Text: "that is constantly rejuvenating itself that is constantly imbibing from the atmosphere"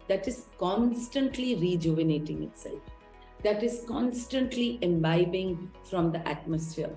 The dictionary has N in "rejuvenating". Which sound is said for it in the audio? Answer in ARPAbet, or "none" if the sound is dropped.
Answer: N